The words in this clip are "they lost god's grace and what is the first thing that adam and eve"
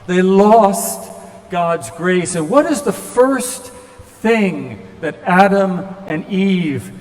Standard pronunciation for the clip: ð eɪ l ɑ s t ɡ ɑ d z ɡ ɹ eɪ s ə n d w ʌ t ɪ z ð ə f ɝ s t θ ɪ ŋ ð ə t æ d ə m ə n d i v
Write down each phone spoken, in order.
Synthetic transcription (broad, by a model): ð eɪ l ɑ s t ɡ ɑ d z ɡ ɹ eɪ s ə n w ʌ t ɪ z ð ə f ɝ s t θ ɪ ŋ ð ə t æ d ə m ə n i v